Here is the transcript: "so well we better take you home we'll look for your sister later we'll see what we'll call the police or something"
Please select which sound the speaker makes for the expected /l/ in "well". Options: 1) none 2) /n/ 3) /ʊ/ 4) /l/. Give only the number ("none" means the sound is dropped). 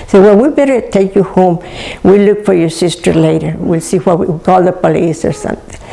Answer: 2